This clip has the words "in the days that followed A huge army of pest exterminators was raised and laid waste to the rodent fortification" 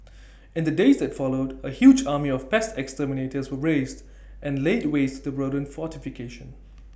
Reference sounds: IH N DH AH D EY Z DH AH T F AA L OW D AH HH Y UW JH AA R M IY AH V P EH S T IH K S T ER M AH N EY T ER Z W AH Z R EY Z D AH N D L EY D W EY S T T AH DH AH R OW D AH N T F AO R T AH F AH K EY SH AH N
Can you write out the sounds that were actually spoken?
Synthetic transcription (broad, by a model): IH N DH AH D EY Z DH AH T F AA L OW D AH HH Y UW JH AA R M IY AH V P EH S T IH K S T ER M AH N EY T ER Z W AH R EY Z D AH N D L EY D W EY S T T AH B R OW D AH N F AO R T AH F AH K EY SH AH N